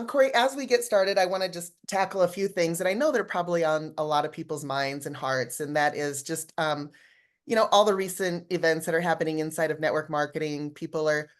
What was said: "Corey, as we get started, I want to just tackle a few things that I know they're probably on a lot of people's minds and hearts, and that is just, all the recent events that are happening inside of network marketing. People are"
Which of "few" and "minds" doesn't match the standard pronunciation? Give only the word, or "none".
none